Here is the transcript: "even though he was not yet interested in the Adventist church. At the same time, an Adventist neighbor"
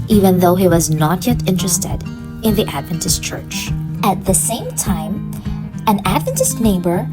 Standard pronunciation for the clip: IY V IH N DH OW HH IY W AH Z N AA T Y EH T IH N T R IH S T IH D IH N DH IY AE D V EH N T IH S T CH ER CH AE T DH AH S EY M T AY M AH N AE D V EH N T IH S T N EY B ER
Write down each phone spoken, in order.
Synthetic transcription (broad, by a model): IY V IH N DH OW HH IY W AH Z N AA T Y EH T IH N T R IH S T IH D IH N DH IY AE D V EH N T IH S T CH ER CH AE T DH AH S EY M T AY M AH N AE D V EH N T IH S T N EY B ER